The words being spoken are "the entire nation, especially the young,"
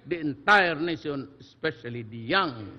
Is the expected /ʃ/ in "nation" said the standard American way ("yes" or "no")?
no